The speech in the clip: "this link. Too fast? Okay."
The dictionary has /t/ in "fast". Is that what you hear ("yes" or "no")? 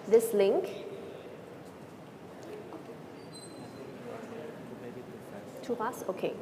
no